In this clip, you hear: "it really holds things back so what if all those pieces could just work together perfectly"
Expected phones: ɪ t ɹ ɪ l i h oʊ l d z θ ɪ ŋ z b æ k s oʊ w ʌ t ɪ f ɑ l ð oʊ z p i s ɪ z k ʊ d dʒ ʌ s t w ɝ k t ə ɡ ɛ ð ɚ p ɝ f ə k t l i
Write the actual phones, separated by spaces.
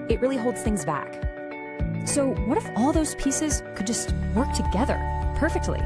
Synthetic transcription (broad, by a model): ɪ t ɹ ɪ l i h oʊ l d z θ ɪ ŋ z b æ k s oʊ w ʌ t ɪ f ɑ l ð oʊ z p i s ɪ z k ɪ d dʒ ʌ s t w ɝ k t ə ɡ ɛ ð ɚ p ɝ f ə k t l i